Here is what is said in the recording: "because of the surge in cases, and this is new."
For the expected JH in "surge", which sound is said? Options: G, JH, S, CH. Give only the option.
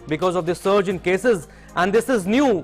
JH